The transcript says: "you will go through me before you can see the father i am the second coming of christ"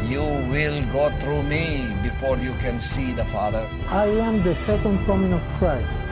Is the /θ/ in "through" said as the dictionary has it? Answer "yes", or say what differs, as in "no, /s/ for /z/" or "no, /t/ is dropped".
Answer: no, /t/ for /θ/